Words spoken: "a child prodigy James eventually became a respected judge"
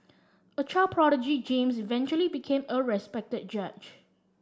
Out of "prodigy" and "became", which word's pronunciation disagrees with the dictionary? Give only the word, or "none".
none